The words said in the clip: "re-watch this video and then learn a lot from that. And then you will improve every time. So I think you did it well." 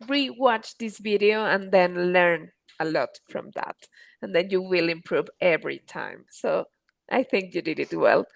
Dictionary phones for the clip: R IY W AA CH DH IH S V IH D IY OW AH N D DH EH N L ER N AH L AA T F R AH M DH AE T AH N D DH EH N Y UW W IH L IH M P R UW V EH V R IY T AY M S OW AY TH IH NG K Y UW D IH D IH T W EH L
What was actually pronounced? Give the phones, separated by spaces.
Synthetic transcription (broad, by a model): R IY W AA CH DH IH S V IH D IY OW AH N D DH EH N L ER N AH L AA T F R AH M DH AE T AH N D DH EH N Y UW W IH L IH M P R UW V EH V R IY T AY M S OW AY TH IH NG K Y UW D IH D IH T W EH L